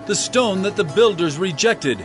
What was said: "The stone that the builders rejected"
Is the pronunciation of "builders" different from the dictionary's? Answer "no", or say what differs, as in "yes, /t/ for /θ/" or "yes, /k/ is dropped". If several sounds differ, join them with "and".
no